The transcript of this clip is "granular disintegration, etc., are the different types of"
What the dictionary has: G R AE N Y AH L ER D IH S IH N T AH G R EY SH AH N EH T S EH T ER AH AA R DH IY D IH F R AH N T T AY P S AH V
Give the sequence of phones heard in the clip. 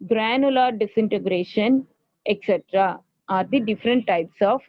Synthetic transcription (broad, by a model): G R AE N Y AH L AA D IH S IH N T AH G R EY SH AH N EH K S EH T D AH AA R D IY D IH F R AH N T T AY P S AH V